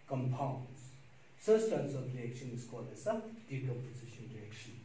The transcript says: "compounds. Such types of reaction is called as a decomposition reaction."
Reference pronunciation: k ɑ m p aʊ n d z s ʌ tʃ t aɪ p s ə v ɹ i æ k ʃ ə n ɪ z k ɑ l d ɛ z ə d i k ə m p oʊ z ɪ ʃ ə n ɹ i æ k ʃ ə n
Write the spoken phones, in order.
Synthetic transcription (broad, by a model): k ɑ m p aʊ n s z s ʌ s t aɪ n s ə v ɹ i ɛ k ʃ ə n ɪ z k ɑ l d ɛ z ə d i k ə p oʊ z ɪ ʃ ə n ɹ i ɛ k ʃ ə n